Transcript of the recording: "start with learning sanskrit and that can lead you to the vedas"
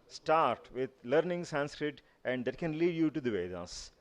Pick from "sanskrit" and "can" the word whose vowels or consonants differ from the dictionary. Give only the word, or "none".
none